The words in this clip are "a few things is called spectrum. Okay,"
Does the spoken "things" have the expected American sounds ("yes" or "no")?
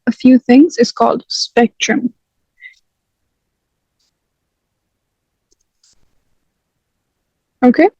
yes